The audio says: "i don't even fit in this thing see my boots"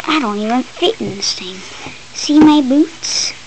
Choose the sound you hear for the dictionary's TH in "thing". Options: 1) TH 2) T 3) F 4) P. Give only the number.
2